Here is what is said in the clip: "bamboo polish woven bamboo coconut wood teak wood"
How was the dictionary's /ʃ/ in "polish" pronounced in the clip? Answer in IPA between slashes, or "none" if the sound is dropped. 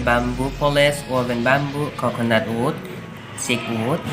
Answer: /s/